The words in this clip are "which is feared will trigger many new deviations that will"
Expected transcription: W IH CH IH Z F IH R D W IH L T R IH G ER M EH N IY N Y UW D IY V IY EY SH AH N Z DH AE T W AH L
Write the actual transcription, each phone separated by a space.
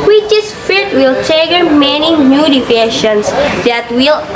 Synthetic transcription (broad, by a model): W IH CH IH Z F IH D W IH L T EH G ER M EH N IY N Y UW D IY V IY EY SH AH N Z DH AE T W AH L